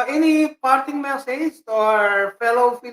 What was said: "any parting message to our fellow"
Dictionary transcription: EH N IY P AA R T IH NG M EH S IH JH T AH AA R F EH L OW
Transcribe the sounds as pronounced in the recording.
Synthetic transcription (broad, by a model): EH N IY P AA R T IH NG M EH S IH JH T AA R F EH L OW